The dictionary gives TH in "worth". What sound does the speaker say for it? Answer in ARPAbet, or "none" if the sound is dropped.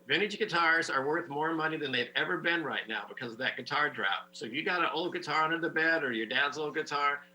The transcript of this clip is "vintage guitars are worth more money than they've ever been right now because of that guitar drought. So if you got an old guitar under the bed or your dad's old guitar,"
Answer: TH